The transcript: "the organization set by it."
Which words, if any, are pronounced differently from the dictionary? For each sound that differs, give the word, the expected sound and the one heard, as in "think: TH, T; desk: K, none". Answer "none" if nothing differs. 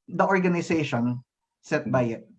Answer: organization: Z, S